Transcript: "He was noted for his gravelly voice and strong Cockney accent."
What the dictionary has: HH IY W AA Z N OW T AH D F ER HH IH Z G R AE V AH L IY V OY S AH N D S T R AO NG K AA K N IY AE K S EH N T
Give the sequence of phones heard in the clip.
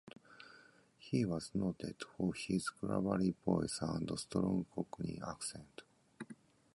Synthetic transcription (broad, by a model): HH IY W AA Z N OW T AH D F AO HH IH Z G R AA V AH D IY B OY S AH N D S T R AO NG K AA K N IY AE K S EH N T